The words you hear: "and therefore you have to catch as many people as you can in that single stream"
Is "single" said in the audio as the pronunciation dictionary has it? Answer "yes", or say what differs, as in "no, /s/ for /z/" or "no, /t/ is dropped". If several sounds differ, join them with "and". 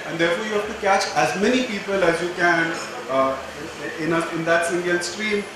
no, /n/ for /l/